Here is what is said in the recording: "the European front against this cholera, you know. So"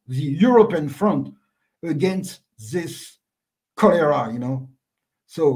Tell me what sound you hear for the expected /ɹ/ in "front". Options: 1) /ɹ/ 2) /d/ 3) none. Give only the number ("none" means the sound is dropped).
1